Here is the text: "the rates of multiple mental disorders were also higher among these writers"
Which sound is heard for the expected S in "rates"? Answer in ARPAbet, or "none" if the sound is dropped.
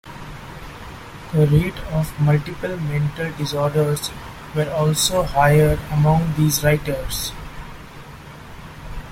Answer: none